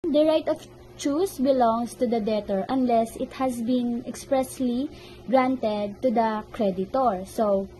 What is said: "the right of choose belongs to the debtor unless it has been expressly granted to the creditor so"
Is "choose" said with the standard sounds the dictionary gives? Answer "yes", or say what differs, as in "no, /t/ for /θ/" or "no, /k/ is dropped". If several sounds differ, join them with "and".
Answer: no, /s/ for /z/